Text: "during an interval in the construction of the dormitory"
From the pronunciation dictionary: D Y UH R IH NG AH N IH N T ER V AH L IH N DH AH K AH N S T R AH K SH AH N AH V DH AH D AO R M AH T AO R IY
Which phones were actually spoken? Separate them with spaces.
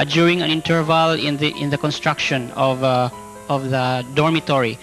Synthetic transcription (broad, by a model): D Y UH R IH NG AH N IH N T ER V AH L IH N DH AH K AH N S T R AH K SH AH N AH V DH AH D AO R M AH T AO R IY